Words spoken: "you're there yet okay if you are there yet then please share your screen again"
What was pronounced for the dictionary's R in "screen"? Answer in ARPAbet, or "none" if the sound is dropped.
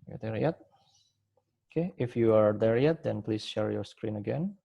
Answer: R